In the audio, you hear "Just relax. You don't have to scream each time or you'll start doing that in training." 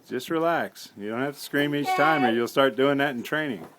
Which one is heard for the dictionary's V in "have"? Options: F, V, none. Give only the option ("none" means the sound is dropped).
F